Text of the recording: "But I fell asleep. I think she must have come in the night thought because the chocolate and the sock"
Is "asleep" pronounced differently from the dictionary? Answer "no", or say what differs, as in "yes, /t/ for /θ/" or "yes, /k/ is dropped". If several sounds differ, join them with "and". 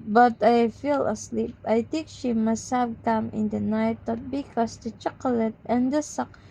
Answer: no